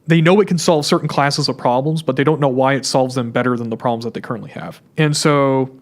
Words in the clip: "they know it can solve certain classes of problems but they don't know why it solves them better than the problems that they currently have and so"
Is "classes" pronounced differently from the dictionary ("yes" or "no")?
no